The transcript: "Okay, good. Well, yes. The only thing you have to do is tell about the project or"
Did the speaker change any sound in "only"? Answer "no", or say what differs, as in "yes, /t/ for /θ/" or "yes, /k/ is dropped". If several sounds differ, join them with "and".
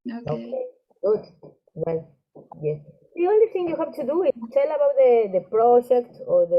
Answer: no